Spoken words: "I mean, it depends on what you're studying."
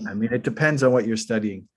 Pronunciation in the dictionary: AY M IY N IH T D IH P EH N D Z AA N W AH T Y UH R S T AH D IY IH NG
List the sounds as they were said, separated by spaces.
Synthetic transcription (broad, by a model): AY M IY N IH T D IH P EH N D Z N W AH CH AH R S T AH D IY IH NG